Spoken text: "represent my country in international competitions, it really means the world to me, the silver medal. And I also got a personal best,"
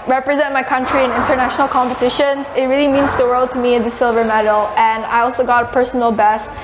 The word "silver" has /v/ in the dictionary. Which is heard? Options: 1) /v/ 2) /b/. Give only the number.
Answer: 1